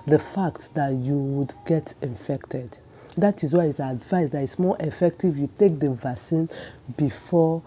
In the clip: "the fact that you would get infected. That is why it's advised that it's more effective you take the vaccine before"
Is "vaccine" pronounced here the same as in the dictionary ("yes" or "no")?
no